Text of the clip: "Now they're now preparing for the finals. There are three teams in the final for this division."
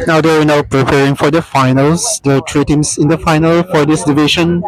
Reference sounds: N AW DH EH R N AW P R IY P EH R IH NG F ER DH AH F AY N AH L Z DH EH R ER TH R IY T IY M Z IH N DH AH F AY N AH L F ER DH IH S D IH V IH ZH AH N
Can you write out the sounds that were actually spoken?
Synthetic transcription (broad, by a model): N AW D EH W N AW P R IY P EH R IH NG F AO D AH F AY N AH L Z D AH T R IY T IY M S IH N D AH F AY N AH L F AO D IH S D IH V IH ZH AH N